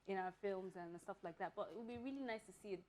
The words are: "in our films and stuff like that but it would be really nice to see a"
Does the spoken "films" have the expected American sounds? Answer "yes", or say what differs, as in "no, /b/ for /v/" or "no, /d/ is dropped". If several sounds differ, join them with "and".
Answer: yes